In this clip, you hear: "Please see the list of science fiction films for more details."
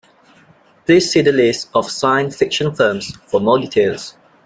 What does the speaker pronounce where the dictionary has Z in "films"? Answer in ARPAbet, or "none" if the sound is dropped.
S